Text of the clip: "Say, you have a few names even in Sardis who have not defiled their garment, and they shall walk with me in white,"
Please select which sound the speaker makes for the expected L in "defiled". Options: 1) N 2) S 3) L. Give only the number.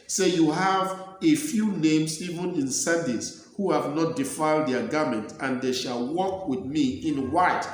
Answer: 3